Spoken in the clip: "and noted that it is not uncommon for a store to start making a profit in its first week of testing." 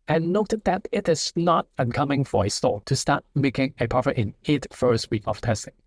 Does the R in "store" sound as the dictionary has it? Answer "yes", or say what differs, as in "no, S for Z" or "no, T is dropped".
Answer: no, L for R